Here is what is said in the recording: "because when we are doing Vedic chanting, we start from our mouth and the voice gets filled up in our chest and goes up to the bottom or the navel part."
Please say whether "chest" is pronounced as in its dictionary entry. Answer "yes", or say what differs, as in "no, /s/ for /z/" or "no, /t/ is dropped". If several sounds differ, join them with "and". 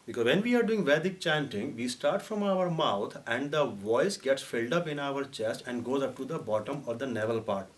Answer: yes